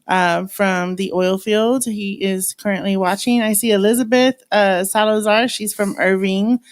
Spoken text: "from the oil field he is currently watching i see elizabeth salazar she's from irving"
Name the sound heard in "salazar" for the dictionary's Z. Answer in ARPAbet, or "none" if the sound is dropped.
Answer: Z